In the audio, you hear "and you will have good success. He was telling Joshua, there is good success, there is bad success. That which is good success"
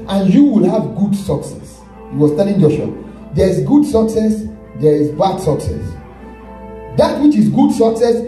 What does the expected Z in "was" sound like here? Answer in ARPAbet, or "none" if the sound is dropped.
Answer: S